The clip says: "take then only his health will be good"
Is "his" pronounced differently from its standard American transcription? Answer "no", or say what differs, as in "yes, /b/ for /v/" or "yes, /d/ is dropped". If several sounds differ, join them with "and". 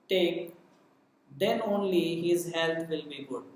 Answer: no